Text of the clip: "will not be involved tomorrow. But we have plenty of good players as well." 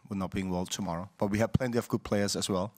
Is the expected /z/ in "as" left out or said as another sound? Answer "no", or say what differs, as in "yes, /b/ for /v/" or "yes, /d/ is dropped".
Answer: yes, /s/ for /z/